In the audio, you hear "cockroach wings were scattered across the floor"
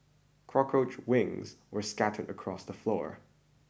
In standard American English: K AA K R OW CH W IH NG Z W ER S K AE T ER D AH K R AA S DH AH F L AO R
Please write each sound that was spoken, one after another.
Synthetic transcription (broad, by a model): K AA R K OW CH W IH NG Z W ER S K AE T ER D AH K R AA S DH AH F L AO R